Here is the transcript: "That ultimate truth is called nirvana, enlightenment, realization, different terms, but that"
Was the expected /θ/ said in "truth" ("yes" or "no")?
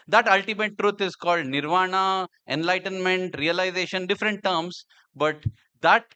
no